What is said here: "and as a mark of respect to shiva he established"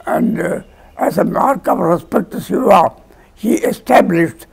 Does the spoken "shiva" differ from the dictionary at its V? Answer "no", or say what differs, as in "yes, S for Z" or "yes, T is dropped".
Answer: yes, V is dropped